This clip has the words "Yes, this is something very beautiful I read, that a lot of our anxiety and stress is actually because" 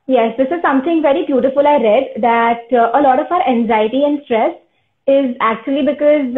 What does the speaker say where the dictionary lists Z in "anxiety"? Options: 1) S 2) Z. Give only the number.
2